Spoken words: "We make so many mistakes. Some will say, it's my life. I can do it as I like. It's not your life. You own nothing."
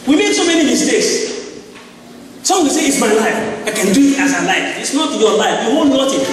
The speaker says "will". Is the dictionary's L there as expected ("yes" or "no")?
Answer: no